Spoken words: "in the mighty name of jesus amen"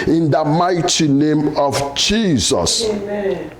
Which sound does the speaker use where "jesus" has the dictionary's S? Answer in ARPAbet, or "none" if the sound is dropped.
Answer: S